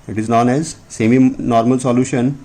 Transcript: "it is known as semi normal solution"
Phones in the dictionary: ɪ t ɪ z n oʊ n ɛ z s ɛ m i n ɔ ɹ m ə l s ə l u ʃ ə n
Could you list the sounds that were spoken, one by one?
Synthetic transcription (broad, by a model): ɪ t ɪ z n oʊ n ɛ z s ɛ m i n ɔ ɹ m ə l s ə l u ʃ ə n